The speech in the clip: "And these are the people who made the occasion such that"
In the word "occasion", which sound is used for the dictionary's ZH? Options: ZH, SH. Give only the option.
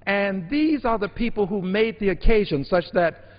ZH